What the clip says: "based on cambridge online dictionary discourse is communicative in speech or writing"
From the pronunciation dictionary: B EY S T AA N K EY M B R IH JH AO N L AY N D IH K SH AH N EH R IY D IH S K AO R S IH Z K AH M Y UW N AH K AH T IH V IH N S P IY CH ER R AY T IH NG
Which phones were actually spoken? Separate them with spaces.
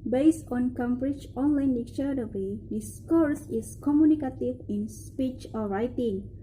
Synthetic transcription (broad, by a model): B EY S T AA N K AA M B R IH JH AO N L AY N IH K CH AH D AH W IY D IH S K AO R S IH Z K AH M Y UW N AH K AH T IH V IH N S P IY CH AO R AY T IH NG